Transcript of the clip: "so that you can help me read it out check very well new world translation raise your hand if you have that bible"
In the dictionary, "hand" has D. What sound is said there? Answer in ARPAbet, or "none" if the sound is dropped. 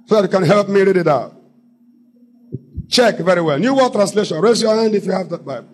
D